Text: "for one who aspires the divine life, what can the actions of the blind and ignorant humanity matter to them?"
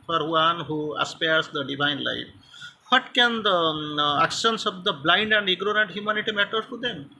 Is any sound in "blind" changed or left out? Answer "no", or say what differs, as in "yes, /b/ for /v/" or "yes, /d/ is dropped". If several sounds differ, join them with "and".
no